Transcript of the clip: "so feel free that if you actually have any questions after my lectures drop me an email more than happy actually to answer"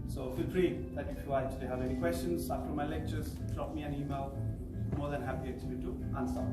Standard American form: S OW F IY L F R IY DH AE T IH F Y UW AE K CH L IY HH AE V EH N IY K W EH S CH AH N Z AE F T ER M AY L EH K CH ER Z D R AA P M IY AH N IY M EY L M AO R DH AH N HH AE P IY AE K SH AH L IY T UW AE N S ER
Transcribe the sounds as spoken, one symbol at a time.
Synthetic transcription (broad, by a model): S OW F IY L P R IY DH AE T IH F Y UW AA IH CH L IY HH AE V EH N IY K W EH S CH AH N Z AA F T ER M AY L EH K CH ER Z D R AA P M IY AH N IY M EY L M AO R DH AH N HH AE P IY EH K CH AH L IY T UW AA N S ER